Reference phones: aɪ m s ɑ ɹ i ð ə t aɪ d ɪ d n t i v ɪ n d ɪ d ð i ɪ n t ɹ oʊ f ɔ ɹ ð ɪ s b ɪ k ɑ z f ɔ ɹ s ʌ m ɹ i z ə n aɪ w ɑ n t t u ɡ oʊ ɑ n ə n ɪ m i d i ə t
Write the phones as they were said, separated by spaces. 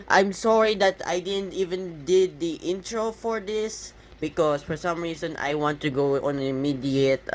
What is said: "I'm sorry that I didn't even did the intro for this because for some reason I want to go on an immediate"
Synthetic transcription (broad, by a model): aɪ m s ɑ ɹ i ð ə t aɪ d ɪ d n t i v ɪ n d ɪ d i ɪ n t ɹ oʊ f ɔ ɹ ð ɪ s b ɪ k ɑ s f ɔ ɹ s ʌ m ɹ i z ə n aɪ w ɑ n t t u ɡ oʊ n ə n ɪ m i d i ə t